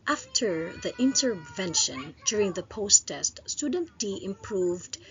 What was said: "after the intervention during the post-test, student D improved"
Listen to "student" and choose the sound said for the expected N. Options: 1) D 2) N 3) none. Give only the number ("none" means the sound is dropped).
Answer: 2